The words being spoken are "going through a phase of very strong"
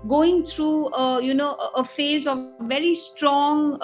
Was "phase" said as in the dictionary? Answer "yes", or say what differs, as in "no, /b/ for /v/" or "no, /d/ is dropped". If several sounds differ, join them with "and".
yes